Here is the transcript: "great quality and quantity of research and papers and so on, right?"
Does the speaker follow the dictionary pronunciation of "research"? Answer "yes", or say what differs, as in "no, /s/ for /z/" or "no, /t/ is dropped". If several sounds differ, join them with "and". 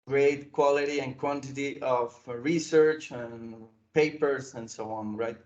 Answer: yes